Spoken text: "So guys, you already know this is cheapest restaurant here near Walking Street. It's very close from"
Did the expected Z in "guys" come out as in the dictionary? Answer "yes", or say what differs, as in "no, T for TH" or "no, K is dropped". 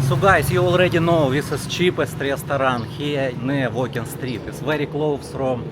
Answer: no, S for Z